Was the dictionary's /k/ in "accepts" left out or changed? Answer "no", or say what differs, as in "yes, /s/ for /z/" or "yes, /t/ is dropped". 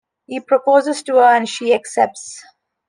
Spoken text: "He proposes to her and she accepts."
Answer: no